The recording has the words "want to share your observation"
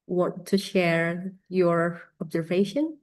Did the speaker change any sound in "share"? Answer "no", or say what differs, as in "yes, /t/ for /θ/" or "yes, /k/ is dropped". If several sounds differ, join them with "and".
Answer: no